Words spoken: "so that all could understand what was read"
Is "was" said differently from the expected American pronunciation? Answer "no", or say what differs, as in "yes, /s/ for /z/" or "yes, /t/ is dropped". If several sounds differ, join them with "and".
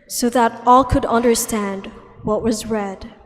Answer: no